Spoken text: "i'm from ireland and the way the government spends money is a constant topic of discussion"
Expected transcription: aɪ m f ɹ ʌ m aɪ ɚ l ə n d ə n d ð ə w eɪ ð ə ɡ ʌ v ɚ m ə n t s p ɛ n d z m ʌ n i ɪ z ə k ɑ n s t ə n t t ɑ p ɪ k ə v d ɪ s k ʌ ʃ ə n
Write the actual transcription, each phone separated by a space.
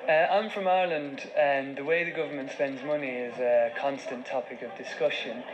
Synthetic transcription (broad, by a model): aɪ m f ɹ ʌ m aɪ l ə n d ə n ð ə w eɪ ð ə ɡ ʌ v ɚ m ə n t s p ɛ n d z m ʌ n i ɪ z ə k ɑ n s t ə n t t ɑ p ɪ k ə v d ɪ s k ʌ ʃ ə n